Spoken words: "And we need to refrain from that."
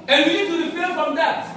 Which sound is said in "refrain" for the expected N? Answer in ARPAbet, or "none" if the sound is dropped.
L